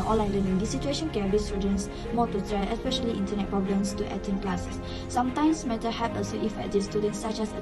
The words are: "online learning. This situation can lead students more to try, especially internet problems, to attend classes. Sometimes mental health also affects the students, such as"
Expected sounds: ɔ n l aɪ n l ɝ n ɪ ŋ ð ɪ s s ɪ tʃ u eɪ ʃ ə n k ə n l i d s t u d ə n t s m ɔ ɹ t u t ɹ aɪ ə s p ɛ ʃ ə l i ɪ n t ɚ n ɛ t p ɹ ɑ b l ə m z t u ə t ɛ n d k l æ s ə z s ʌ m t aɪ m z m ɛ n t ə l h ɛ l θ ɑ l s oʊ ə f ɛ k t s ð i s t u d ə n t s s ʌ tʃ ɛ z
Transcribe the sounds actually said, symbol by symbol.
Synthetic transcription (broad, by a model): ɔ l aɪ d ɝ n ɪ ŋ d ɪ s s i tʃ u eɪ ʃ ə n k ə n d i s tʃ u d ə n s m ɔ t u t ɹ aɪ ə s p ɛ ʃ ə l i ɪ n t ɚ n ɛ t p ɹ ɑ b l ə m s t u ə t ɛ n k l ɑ s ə s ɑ m t aɪ m s m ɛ t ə h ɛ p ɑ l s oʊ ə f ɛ t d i s t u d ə n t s s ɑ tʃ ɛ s